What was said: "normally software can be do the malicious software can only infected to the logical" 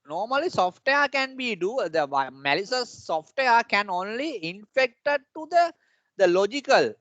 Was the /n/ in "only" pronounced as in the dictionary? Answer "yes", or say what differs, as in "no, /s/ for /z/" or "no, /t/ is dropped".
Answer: yes